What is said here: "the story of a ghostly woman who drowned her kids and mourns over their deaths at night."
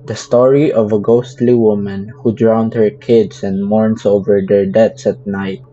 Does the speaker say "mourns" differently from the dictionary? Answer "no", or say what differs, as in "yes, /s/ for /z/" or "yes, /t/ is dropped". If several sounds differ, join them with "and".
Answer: yes, /s/ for /z/